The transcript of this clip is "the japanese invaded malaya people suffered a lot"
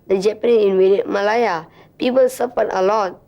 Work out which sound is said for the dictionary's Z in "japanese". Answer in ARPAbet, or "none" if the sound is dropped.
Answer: none